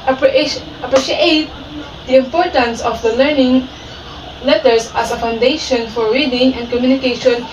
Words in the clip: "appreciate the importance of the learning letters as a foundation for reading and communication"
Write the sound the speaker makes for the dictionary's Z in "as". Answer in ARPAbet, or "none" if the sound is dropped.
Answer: S